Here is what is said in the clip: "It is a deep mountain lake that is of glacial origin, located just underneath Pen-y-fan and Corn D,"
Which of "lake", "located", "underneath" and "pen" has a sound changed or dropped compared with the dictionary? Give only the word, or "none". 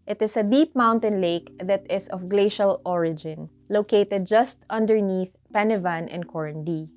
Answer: none